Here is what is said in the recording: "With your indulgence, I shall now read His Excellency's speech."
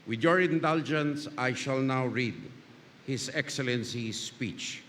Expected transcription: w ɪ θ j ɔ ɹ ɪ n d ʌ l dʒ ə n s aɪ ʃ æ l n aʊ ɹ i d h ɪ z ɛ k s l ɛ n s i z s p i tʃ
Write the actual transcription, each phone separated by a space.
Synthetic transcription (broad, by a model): w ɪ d j ɔ ɹ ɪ n d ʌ l dʒ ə n s aɪ ʃ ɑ l n aʊ ɹ i d h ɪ s ɛ k s l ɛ n s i s p i tʃ